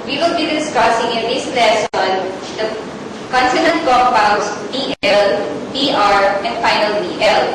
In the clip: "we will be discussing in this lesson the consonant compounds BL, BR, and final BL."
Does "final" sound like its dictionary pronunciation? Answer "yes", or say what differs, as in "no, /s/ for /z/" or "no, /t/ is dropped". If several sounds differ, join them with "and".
yes